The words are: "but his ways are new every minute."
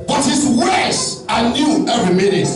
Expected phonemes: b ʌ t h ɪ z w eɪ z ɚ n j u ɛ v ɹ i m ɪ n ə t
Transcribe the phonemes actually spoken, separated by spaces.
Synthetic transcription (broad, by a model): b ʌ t h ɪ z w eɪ s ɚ n j u ɛ v ɹ i m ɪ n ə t